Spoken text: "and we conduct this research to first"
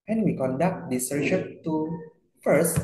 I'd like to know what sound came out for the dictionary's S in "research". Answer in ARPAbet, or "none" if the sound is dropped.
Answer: SH